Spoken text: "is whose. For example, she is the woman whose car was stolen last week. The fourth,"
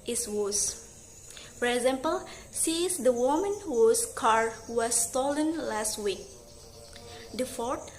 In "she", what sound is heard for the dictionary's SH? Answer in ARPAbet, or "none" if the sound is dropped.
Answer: S